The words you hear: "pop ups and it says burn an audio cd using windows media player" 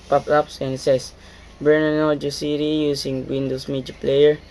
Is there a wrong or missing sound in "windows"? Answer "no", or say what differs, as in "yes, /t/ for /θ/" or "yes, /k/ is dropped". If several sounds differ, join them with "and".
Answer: yes, /s/ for /z/